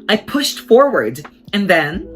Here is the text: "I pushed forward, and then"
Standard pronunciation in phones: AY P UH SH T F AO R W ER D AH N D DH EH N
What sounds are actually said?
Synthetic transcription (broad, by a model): AY P UH SH T F AO R W ER D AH N DH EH N